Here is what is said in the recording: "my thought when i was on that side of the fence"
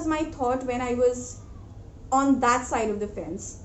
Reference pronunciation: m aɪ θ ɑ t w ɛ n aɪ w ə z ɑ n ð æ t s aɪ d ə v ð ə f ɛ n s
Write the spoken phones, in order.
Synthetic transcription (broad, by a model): m aɪ t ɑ t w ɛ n aɪ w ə z ɑ n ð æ t s aɪ d ə v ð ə f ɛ n s